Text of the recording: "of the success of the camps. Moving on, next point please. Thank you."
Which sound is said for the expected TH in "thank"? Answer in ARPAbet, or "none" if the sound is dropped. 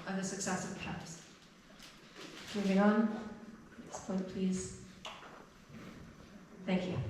TH